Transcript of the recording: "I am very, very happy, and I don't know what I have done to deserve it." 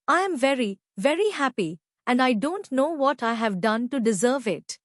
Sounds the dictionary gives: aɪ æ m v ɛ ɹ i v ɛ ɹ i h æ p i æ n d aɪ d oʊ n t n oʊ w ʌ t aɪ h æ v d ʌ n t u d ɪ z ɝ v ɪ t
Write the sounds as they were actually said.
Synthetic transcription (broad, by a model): aɪ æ m v ɛ ɹ i v ɛ ɹ i h æ p i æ n d aɪ d oʊ n t n oʊ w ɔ t aɪ h æ v d ʌ n t u d ɪ z ɝ v ɪ t